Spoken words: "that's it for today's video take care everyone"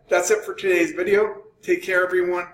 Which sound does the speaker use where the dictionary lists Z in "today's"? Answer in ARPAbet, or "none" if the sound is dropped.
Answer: Z